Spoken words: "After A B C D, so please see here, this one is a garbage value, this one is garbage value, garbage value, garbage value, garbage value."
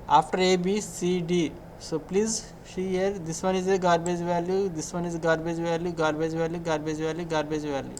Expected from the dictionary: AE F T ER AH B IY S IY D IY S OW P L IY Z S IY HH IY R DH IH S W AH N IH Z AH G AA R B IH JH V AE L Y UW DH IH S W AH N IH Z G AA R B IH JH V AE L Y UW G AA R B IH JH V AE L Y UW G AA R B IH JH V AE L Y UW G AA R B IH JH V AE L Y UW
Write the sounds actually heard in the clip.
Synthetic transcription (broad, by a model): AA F T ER AH B IY S IY D IY S OW P L IY Z SH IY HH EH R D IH S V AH N IH Z AH G AA R B IH JH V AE L Y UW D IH S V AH N IH Z G AA R B IH JH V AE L Y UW G AA R B IH JH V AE L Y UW G AA R B IH JH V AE L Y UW G AA R B IH JH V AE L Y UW